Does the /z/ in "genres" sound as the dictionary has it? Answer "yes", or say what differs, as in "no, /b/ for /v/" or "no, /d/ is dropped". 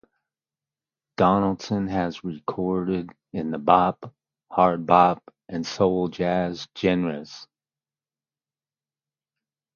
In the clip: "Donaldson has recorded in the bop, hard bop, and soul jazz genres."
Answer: no, /s/ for /z/